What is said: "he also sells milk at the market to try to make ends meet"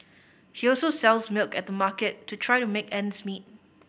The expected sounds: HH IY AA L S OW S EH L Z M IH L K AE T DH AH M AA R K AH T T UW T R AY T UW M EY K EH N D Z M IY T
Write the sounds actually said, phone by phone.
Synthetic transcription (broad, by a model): HH IY AA L S OW S EH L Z M IH L K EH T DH AH M AA K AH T T UW T R AY T UW M EY K EH N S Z M IY T